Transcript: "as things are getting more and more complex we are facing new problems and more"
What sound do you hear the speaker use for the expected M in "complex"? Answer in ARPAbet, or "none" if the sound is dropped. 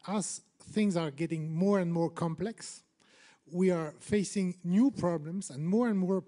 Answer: M